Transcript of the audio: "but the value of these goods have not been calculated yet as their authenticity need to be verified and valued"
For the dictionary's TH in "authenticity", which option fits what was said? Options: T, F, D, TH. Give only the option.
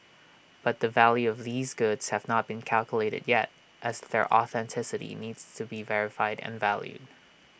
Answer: TH